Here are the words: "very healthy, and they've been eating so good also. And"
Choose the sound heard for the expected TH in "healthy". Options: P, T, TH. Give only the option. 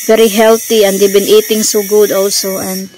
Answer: T